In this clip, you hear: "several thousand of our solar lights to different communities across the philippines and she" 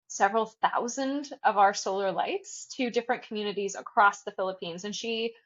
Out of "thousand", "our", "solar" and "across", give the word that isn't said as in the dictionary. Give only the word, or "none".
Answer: none